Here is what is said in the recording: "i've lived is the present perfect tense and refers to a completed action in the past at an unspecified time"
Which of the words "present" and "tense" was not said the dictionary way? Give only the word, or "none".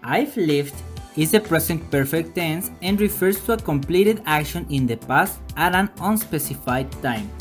present